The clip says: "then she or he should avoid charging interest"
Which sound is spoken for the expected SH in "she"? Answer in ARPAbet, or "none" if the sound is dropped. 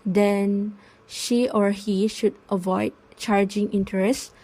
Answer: SH